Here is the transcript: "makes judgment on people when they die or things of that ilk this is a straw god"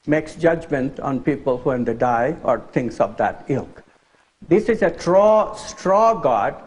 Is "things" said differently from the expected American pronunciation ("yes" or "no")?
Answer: yes